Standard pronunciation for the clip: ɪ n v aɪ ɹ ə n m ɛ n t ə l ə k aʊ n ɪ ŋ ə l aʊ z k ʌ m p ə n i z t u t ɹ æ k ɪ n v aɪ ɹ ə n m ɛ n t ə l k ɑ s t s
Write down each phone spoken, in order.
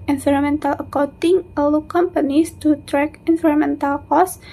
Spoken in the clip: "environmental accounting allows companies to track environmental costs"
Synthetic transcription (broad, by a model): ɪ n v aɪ ɹ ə m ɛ n t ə l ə k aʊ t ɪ ŋ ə l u k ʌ m p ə n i s t u t ɹ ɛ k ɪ n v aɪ ɹ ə m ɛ n t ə l k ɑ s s